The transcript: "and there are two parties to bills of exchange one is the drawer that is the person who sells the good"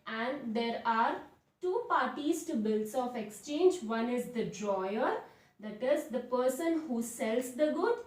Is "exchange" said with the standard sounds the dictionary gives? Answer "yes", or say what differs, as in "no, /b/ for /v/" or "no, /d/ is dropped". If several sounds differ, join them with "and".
yes